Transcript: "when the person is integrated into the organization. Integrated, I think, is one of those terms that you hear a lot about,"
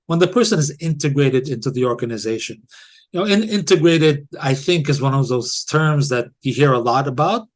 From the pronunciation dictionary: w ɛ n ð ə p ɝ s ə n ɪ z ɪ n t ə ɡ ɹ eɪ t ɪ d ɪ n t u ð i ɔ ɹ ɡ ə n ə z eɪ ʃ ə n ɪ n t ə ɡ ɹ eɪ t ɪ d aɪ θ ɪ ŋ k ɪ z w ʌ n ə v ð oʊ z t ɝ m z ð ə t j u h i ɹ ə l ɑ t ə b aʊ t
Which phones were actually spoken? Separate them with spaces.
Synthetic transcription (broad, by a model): w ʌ n ð ə p ɝ s ə n ɪ z ɪ n t ə ɡ ɹ eɪ t ɪ d ɪ n t u ð i ɔ ɹ ɡ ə n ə z eɪ ʃ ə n ɪ n t ə ɡ ɹ eɪ t ɪ d aɪ θ ɪ ŋ k ɪ z w ʌ n ə v ð oʊ z t ɝ m z ð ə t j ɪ h i ɹ ə l ɑ t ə b aʊ t